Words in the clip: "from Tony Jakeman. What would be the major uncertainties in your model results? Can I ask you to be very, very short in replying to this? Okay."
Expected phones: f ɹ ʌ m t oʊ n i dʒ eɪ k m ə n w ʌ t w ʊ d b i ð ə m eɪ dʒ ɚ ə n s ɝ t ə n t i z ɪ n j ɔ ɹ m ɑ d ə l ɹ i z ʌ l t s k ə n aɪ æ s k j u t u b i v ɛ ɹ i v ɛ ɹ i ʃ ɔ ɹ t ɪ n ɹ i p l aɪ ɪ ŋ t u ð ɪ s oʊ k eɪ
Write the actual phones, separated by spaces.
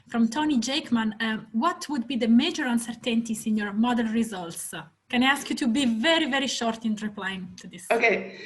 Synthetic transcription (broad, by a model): f ɹ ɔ m t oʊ n i dʒ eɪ k m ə n w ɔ t w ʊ d b i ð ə m eɪ dʒ ɚ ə n s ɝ t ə n t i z ɪ n j ɔ ɹ m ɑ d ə n ɹ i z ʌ l t s k ə n aɪ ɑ s k j u t u b i v ɛ ɹ i v ɛ ɹ i ʃ ɔ ɹ t ɪ n ɹ i p l aɪ ɪ ŋ t u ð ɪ s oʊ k eɪ